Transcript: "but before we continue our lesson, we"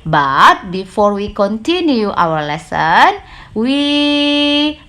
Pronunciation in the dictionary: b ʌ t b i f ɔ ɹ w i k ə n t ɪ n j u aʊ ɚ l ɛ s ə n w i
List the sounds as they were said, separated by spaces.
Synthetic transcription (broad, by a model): b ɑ t b i f ɔ ɹ w i k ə n t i n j u aʊ ɚ l ɛ s ə n w i